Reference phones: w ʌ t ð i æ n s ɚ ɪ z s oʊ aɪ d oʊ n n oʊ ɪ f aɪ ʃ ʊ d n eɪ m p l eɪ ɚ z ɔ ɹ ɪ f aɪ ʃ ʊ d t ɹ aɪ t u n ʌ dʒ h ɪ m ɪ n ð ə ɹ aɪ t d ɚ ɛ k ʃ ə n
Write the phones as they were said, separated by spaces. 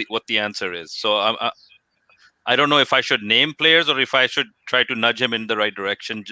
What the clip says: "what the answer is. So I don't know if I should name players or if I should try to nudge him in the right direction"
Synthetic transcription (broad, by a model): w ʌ t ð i æ n s ɚ ɪ z s oʊ aɪ d oʊ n n oʊ ɪ f aɪ ʃ ʊ d n eɪ m p l eɪ ɚ z ɔ ɹ ɪ f aɪ ʃ ʊ d t ɹ aɪ t u n ʌ dʒ h ɪ m ɪ n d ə ɹ aɪ t d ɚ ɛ k ʃ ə n